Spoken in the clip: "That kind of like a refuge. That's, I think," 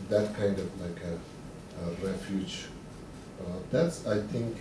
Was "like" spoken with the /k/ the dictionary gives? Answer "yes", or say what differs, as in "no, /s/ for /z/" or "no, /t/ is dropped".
yes